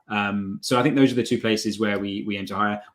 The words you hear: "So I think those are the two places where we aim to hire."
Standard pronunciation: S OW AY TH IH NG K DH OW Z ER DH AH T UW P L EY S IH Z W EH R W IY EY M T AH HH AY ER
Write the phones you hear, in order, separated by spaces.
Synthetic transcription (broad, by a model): S OW AY TH IH NG K DH OW Z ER DH AH T UW P L EY S IH Z W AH W W IY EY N T AH HH AY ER